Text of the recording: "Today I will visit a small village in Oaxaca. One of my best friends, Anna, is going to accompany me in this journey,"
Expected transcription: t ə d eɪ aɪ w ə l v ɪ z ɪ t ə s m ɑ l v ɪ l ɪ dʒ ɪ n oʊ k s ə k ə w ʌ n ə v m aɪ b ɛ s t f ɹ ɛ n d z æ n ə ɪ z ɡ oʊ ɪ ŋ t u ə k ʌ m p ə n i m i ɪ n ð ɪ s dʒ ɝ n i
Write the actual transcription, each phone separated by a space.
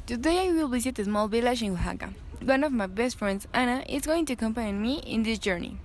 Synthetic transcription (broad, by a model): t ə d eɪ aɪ w ə l b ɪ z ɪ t ə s m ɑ l b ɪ l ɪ ʃ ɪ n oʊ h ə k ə w ʌ n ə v m aɪ b ɛ s t f ɹ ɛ n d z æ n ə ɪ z ɡ oʊ ɪ ŋ t u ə k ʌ m p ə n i m i ɪ n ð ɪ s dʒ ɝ n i